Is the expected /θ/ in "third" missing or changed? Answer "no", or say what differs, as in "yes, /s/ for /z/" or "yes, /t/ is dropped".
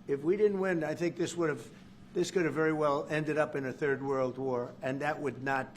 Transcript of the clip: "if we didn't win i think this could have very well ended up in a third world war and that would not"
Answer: no